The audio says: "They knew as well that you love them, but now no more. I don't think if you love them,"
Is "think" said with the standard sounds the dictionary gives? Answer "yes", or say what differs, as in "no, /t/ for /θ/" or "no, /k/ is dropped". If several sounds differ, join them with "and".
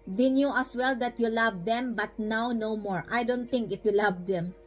no, /t/ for /θ/